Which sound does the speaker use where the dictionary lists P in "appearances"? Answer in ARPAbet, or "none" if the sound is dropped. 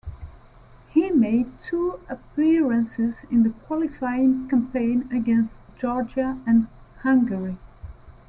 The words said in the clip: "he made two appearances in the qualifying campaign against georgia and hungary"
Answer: P